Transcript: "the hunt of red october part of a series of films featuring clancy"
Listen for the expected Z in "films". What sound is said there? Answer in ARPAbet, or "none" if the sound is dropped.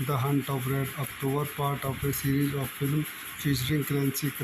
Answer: none